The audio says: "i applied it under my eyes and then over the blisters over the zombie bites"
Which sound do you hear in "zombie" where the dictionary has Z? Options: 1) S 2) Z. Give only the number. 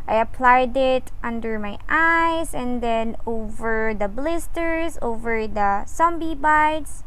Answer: 1